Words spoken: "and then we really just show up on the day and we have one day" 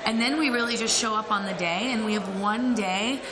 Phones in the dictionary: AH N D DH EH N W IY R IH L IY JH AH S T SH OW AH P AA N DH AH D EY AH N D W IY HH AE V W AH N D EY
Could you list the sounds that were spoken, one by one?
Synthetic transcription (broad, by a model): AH N DH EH N W IY R IH L IY JH AH S T SH OW AH P N DH AH D EY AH N W IY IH V W AH N D EY